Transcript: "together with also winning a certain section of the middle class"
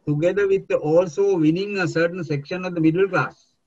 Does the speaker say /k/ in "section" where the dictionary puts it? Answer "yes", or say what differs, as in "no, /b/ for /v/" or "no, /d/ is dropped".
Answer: yes